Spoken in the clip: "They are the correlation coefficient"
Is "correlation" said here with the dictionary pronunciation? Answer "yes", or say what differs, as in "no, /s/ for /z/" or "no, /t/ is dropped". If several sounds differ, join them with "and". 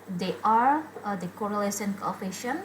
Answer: no, /s/ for /ʃ/